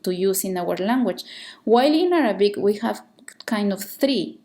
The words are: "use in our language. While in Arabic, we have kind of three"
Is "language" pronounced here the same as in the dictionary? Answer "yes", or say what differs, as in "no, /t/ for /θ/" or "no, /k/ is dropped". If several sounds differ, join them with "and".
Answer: no, /tʃ/ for /dʒ/